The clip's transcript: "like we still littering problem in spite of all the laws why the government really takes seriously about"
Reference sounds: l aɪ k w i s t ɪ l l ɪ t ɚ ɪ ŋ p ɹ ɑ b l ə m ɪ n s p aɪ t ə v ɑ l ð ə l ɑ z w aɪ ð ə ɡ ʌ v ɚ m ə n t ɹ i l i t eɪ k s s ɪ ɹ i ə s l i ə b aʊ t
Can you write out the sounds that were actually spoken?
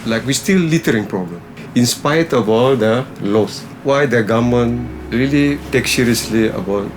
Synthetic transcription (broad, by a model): l aɪ k w i s t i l l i t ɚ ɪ ŋ p ɹ ɑ b l ə m ɪ n s p aɪ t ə b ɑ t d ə l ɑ s w aɪ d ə ɡ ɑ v m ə n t ɹ i l i t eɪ k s s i ɹ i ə s l i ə b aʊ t